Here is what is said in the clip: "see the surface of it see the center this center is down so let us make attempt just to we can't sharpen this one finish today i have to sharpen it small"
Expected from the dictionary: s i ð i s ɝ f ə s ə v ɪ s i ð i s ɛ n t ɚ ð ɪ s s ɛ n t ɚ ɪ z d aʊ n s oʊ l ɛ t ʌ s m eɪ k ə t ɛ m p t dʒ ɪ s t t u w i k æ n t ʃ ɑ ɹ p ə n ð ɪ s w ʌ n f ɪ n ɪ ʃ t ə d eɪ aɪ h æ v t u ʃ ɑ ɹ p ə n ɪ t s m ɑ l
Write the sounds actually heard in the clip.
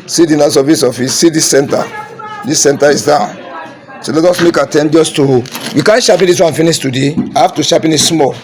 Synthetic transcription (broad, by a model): s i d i s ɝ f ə s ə f ɪ s i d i s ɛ n t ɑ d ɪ s s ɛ n t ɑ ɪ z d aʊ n s oʊ l ɛ t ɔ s m eɪ k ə t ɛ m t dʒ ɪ s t t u w i k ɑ n ʃ ɑ p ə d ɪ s w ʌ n f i n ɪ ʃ t ə d eɪ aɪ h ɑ f t u ʃ ɑ p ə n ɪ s s m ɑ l